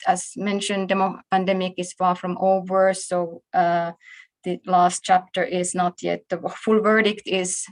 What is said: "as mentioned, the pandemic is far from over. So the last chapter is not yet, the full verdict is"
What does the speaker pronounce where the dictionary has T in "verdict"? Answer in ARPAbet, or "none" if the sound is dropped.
T